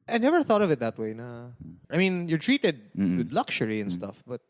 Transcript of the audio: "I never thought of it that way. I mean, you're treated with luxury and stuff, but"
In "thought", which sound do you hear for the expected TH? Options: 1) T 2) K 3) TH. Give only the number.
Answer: 3